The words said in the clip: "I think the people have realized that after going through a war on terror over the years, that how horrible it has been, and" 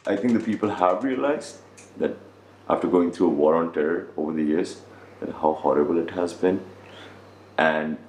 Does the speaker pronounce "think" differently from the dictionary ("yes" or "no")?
yes